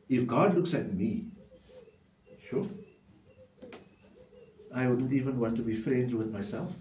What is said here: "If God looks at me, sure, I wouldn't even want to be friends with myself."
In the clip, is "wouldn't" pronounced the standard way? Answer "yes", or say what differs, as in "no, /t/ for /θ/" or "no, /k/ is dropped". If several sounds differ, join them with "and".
yes